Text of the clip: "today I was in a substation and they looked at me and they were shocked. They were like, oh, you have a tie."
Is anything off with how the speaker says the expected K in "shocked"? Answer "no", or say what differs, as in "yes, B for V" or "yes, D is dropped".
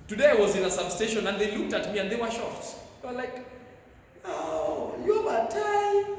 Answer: yes, K is dropped